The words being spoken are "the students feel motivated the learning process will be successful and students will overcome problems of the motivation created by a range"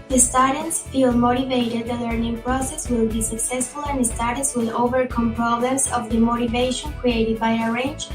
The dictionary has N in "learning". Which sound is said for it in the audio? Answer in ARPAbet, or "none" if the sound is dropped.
N